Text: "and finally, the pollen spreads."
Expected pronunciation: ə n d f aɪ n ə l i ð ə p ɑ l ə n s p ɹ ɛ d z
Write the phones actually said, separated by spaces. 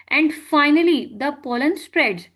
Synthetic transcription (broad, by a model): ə n d f aɪ n ə l i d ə p ɑ l ə n s p ɹ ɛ d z